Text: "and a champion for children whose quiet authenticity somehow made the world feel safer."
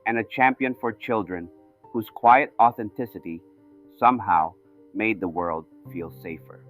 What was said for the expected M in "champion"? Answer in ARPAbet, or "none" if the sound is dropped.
M